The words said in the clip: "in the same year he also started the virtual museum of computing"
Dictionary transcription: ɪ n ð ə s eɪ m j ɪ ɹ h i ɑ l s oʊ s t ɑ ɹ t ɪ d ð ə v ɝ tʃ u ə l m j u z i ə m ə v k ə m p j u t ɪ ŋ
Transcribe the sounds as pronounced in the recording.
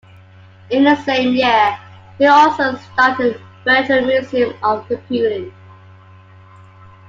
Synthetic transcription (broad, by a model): ɪ n ð ə s eɪ m j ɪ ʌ h i ɑ l s oʊ s t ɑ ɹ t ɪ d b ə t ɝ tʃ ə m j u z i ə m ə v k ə p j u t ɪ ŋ